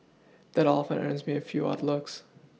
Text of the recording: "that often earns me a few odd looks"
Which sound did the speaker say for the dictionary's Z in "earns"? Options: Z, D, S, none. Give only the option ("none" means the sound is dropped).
Z